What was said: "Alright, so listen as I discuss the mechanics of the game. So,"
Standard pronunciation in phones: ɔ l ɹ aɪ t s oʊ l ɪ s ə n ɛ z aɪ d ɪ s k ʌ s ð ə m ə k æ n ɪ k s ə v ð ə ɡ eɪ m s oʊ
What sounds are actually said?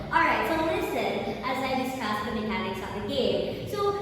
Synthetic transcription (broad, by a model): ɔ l ɹ aɪ t s oʊ l ɪ s ə n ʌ z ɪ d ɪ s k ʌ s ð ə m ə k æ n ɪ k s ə p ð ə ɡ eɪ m s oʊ